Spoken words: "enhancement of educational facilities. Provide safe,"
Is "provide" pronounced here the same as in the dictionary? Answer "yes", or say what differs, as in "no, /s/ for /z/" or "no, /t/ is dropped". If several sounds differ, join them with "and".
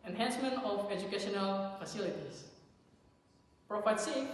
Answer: no, /f/ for /v/